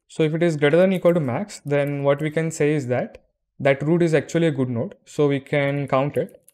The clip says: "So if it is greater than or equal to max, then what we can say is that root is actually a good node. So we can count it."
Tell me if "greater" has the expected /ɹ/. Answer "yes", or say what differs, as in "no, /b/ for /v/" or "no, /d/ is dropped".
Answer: yes